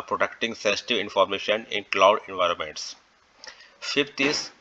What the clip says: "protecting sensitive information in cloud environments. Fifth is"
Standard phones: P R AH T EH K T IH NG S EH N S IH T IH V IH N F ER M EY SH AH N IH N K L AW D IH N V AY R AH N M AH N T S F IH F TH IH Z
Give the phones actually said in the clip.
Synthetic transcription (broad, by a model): P R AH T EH K T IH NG S EH N S IH T IH V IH N F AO M EY SH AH N IH N K L AW D IH N V AY R AH N M AH N T S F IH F T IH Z